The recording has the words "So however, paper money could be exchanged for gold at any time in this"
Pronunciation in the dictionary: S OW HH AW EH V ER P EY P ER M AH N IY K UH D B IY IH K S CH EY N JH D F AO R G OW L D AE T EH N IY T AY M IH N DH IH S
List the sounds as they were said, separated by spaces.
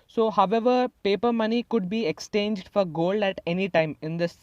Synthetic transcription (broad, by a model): S OW HH AW EH V ER P EY P ER M AH N IY K UH D B IY IH K S CH EY N JH D F AO R G OW L D AE T EH N IY T AY M IH N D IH S